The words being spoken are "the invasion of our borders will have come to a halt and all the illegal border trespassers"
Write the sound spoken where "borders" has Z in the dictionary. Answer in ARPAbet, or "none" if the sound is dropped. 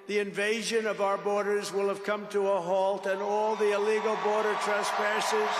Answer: Z